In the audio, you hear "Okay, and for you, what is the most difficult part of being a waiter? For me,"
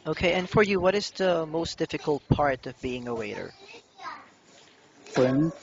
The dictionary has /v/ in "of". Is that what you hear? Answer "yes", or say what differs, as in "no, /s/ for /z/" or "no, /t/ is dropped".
yes